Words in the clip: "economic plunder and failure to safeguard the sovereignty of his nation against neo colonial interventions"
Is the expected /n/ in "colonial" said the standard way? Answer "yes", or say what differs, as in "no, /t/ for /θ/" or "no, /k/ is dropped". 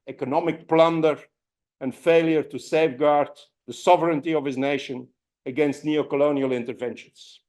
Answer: yes